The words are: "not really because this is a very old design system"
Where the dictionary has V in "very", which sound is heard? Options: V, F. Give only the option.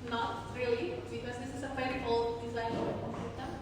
F